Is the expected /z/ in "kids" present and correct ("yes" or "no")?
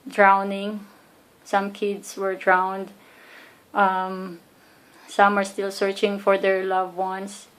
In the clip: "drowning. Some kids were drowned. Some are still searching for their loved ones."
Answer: no